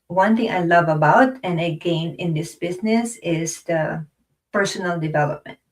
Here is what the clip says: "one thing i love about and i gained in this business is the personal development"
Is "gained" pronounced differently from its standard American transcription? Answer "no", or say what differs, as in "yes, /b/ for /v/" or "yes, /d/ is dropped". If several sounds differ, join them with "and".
yes, /d/ is dropped